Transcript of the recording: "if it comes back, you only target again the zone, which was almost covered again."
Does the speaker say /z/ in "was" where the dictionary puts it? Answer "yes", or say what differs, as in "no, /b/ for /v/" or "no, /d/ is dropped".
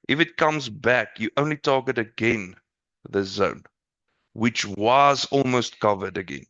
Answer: yes